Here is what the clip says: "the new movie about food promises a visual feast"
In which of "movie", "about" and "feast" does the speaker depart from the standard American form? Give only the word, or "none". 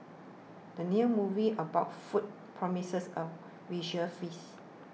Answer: feast